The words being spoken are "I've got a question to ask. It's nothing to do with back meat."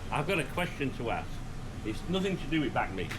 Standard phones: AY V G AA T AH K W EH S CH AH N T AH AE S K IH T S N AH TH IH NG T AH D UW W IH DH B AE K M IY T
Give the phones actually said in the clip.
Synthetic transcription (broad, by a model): AY V G AA T AH K W EH S CH AH N T AH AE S IH T S N AH TH IH NG T AH D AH W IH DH B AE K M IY